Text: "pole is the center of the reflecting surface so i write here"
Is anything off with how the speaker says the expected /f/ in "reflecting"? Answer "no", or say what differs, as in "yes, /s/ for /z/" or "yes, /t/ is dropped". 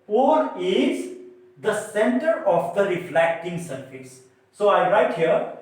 no